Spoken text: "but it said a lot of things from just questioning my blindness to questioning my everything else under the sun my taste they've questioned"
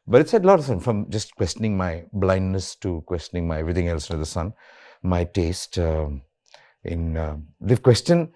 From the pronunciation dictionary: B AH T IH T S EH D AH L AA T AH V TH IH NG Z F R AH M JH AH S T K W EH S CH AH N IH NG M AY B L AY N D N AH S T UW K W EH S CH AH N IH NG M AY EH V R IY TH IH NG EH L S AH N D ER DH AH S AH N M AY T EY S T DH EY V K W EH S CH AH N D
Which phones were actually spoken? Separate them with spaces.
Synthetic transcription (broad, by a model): B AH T IH T S EH D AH L AA T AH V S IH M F R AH M JH AH S T K W EH S CH AH N IH NG M AY B L AY N D N AH S T UW K W EH S CH AH N IH NG M AY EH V R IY T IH NG EH L S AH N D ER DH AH S AH N M AY T EY S T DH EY F K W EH S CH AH N